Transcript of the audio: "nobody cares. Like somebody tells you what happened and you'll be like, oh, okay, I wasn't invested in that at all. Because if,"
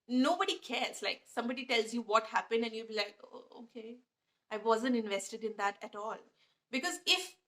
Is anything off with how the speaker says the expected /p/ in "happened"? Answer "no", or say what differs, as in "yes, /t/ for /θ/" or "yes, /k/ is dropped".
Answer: no